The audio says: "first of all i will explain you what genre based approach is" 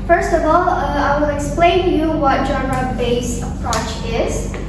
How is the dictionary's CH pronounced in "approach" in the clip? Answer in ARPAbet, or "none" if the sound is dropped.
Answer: CH